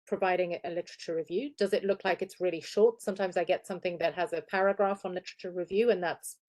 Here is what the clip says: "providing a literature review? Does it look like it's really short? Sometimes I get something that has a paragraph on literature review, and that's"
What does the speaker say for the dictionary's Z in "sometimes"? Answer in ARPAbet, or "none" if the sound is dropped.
Z